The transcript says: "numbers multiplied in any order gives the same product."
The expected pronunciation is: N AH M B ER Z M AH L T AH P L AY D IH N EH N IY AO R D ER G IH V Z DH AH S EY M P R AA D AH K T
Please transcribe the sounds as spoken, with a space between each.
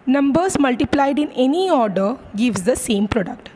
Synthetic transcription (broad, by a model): N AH M B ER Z M AH L T AH P L AY D IH N EH N IY AO R D ER G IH V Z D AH S EY M P R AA D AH K T